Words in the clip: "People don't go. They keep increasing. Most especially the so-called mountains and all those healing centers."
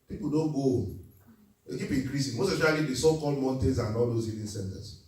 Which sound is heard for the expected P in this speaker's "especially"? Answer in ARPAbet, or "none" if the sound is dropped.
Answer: none